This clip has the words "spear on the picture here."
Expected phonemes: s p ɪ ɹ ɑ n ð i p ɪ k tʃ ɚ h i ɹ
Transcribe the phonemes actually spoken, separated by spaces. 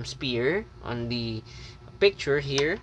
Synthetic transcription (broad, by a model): s p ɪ ɹ ɑ n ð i p ɪ k tʃ ɚ h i ɹ